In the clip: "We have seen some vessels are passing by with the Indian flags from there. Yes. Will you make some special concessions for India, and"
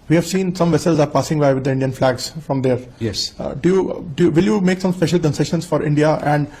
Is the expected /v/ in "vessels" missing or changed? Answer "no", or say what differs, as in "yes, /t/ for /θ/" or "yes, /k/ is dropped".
no